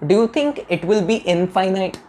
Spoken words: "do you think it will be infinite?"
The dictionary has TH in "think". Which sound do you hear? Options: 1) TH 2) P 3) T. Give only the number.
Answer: 3